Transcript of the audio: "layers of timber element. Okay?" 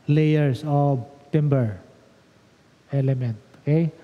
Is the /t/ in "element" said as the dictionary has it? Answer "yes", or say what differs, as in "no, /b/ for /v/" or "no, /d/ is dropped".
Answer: yes